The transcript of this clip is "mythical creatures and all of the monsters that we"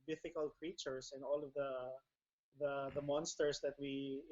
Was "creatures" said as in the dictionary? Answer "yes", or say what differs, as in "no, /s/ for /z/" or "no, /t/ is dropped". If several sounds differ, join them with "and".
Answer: no, /s/ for /z/